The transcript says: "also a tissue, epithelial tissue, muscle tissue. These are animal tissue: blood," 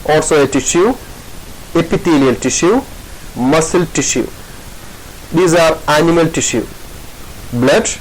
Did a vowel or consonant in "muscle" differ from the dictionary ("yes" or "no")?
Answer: no